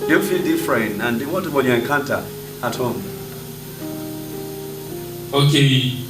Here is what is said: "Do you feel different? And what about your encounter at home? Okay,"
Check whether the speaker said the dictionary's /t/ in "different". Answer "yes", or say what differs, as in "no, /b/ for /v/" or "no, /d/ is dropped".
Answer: no, /t/ is dropped